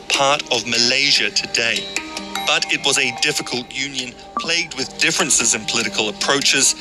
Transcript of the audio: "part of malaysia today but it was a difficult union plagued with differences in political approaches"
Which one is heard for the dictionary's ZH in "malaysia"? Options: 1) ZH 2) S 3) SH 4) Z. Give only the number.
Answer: 1